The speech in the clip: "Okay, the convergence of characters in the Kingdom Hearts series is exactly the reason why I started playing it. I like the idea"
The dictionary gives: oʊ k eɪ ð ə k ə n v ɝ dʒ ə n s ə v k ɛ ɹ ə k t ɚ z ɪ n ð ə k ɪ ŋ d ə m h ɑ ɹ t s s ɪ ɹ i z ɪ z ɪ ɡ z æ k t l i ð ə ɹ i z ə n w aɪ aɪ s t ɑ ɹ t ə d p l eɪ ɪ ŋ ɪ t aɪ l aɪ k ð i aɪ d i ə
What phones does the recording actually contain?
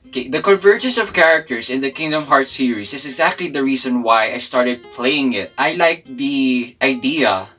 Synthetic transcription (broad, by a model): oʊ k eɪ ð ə k ə n v ɝ dʒ ə n s ə v k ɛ ɹ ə k t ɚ s ɪ n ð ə k ɪ ŋ d ə m h ɑ ɹ t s s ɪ ɹ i s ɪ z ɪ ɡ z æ k t l i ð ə ɹ i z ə n w aɪ aɪ s t ɑ ɹ t ə d p l eɪ ɪ ŋ ɪ t aɪ l aɪ k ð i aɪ d i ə